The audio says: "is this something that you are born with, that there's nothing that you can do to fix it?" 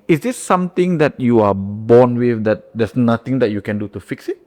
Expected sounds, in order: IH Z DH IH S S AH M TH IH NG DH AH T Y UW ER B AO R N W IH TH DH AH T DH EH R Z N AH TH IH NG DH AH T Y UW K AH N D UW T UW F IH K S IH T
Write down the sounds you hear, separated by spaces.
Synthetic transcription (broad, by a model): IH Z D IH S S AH M T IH NG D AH T Y UW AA B AO N W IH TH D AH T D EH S N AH T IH NG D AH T Y UW K AH N D UW T UW F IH K S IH T